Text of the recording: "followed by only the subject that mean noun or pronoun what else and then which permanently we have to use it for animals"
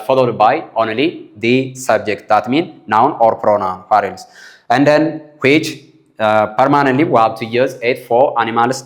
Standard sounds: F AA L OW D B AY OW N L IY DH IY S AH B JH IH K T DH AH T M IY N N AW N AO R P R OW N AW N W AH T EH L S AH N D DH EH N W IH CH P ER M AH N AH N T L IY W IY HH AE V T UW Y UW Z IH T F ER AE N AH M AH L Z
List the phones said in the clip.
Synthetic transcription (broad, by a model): F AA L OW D B AY OW N L IY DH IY S AH B JH IH K T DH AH T M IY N N AW N AO R P R OW N AW N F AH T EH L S AH N D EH N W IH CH P ER M AH N AH N T L IY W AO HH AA W T UW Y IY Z IH T F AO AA N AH M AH L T